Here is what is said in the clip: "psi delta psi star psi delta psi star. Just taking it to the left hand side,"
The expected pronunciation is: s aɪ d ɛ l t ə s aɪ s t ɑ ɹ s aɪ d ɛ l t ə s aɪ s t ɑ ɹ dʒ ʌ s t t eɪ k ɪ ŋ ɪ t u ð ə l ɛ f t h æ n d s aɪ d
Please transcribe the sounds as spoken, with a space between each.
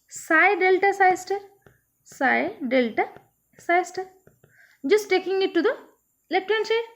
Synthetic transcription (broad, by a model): s aɪ d ɛ l t ə s aɪ s t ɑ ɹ s aɪ d ɛ l t ə s aɪ s t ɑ dʒ ʌ s t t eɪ k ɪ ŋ ɪ t u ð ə l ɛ t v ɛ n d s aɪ